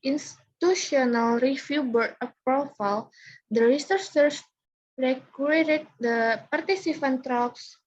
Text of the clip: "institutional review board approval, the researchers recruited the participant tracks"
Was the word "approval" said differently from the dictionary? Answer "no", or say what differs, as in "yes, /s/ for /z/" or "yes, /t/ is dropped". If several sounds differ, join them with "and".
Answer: yes, /f/ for /v/